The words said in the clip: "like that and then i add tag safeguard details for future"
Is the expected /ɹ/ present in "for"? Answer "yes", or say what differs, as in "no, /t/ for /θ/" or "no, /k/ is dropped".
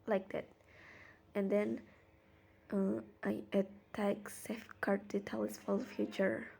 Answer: no, /l/ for /ɹ/